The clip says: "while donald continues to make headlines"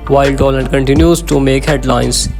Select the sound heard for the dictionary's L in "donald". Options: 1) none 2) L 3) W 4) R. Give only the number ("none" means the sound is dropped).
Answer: 1